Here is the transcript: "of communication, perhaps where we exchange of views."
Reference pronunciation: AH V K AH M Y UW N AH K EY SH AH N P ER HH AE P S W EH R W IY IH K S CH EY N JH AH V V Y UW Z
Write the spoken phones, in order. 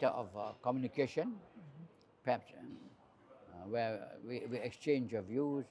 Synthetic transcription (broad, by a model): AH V K AH M Y UW N AH K EY SH AH N P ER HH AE P S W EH W W IY IH K S CH EY N JH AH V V Y UW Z